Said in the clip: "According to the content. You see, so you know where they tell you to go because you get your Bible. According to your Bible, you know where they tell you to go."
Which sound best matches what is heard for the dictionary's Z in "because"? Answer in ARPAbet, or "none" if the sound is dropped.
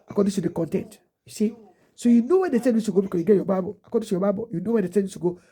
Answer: none